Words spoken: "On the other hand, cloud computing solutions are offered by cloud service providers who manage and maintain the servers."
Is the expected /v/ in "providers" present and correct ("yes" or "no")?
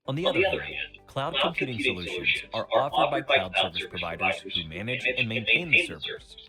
yes